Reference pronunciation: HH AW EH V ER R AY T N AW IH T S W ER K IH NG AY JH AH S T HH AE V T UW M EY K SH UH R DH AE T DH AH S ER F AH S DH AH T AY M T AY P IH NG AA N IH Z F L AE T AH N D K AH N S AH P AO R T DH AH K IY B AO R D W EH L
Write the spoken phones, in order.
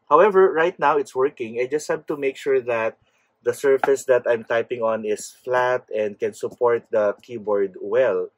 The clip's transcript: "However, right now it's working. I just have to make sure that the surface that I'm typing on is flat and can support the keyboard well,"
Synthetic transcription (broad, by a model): HH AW EH V ER R AY T N AW IH T S W ER K IH NG AY JH AH S T HH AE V T UW M EY K SH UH R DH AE T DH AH S ER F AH S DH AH T AY M T AY P IH NG AA N IH S F L AE T AH N D K AH N S AH P AO R T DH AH K IY B AO R D W EH L